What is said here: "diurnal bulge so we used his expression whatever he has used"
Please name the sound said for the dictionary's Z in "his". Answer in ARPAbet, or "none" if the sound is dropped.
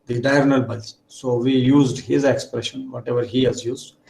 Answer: Z